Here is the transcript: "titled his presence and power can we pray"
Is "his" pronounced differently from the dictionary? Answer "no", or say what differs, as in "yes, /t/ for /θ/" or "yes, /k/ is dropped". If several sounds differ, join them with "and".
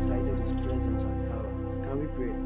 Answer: yes, /s/ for /z/